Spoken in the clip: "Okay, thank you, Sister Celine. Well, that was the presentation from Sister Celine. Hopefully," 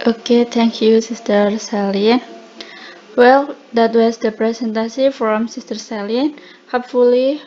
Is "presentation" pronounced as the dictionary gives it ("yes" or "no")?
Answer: no